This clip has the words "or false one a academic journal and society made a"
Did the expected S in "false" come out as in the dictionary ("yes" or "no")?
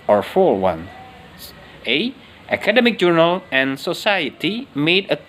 no